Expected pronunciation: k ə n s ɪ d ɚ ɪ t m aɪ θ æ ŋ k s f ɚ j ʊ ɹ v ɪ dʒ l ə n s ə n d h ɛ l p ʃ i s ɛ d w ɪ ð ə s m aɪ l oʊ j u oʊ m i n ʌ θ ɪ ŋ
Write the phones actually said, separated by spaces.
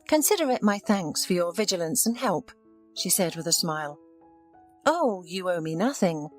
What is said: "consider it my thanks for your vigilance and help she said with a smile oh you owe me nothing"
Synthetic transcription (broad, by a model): k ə n s ɪ d ɚ ɪ t m aɪ θ æ ŋ k s f ɚ j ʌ ɹ v ɪ dʒ l ə n s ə n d h ɛ l p ʃ i s ɛ d w ɪ ð ə s m aɪ l oʊ j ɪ oʊ m i n ʌ θ ɪ ŋ